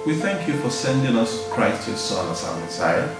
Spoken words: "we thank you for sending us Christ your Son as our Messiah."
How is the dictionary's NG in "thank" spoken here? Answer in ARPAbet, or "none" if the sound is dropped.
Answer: NG